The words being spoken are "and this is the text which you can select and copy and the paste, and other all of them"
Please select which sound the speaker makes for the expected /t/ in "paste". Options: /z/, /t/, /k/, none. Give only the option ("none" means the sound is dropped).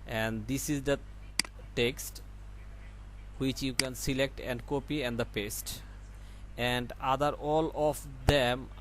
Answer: /t/